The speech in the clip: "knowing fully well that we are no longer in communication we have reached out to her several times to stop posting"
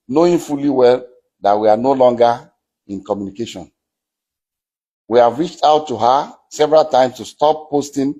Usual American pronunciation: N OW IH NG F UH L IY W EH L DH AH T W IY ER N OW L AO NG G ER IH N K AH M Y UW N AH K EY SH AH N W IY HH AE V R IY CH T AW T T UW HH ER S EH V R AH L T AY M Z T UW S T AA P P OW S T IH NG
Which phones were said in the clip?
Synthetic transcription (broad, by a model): N OW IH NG F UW L IY W EH L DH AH T W IY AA N OW L AO NG G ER IH N K AH M Y UW N AH K EY SH AH N W IY HH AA V R IY CH T AW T T UW HH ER S EH V R AH L T AY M S T UW S T AA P P OW S T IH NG